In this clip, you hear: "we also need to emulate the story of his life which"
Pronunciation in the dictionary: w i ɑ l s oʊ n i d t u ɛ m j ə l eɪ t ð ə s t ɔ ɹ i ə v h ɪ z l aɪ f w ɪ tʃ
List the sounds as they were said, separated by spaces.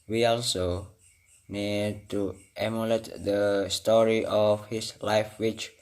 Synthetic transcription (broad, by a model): w i ɑ l s oʊ n i d t u ɛ m j ə l eɪ t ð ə s t ɔ ɹ i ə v h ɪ s l aɪ f w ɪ tʃ